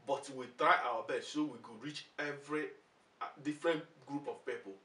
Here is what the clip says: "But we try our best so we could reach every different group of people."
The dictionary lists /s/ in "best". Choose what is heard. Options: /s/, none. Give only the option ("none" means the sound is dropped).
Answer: none